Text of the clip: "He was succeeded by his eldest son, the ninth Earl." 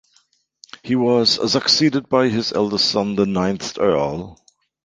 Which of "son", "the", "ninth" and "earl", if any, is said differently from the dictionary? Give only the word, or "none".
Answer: none